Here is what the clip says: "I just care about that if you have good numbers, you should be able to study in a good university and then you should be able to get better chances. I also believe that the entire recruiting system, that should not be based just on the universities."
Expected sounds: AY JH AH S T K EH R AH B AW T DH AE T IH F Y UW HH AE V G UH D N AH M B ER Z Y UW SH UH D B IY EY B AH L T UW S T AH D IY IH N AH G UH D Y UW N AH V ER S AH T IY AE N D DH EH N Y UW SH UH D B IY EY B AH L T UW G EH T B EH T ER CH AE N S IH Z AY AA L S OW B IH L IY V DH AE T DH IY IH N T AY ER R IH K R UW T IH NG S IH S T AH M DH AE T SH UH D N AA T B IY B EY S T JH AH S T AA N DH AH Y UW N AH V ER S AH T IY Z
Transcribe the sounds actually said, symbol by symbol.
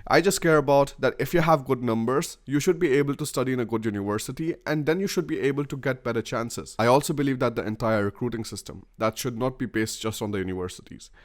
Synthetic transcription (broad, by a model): AY JH AH S T K EH R AH B AW T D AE T IH F Y UW HH AE V G UH D N AH M B ER Z Y UW SH UH D B IY EY B AH L T UW S T AH D IY IH N AH G UH D Y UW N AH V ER S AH T IY AE N D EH N Y UW SH UH D B IY EY B AH L T UW G EH T B EH T ER CH AE N S IH Z AY AA L S OW B IH L IY V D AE T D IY IH N T AY ER R IH K R UW T IH NG S IH S T AH M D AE T SH UH D N AA T B IY B EY S T JH AH S T AA N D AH Y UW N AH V ER S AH T IY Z